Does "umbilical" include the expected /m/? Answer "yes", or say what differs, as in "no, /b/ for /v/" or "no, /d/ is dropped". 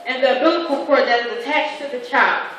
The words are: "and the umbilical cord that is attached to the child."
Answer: no, /m/ is dropped